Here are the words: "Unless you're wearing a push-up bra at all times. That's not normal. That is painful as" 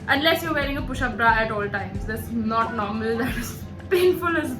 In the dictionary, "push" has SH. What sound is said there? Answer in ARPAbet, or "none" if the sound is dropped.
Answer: SH